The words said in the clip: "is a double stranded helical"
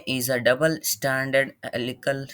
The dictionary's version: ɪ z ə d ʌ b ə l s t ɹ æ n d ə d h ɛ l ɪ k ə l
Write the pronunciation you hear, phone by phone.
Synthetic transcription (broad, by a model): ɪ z ə d ʌ b ə l s t æ n d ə d l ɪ k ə l